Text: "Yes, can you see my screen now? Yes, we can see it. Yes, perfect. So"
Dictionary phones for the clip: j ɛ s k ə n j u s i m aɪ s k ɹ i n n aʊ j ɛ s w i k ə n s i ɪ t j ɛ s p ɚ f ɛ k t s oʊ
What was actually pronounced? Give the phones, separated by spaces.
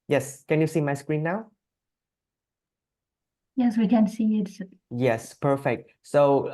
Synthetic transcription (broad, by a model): j ɛ s k ə n j u s i m aɪ s k ɹ i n n aʊ j ɛ s w i k ə n s i ɪ t j ɛ s p ɚ f ɛ k t s oʊ